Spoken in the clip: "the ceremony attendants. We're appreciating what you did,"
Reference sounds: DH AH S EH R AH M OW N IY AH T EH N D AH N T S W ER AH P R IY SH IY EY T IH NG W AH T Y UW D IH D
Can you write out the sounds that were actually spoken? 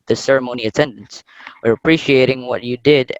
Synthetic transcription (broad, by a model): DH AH S EH R AH M OW N IY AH T EH N D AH N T S W ER AH P R IY SH IY EY T IH NG W AH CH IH D IH D